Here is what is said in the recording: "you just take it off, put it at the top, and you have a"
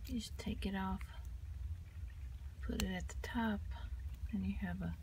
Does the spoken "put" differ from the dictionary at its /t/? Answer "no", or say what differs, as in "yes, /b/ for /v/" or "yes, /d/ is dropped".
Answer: no